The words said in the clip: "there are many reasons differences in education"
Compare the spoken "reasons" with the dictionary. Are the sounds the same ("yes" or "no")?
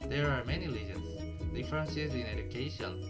no